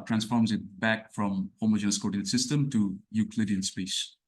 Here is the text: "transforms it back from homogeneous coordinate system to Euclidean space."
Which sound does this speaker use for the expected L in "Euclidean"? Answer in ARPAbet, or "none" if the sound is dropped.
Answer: L